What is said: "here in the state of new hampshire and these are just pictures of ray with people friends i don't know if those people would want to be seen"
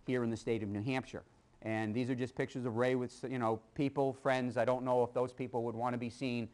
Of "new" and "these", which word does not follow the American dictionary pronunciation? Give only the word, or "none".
none